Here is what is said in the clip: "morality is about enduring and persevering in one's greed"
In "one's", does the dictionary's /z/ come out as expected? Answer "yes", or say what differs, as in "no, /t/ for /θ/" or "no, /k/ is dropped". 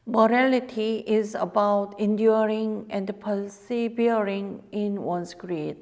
no, /s/ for /z/